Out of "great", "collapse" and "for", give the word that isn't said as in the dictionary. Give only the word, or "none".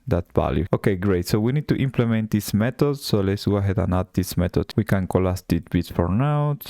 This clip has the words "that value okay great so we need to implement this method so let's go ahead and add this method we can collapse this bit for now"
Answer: collapse